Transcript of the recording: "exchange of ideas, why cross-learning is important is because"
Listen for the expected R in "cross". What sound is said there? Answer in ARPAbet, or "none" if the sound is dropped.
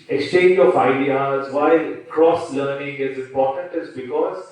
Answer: R